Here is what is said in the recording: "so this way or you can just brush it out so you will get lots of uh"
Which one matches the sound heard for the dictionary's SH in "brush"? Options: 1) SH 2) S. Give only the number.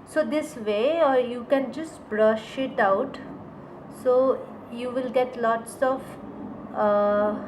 1